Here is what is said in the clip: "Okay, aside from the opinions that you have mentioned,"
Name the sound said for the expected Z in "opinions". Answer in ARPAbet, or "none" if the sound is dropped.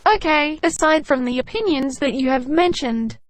Z